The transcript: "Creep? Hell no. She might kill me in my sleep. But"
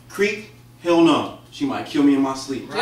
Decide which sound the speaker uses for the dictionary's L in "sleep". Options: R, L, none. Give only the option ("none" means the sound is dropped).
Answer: L